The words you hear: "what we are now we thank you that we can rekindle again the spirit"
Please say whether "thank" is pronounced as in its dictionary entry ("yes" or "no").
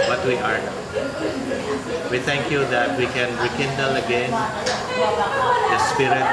no